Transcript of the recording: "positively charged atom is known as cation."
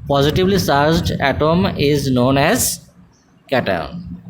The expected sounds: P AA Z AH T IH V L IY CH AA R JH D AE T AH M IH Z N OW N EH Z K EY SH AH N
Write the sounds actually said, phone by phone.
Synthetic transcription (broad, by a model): P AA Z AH T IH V L IY S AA R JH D AE T AH M IH Z N OW N EH Z K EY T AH N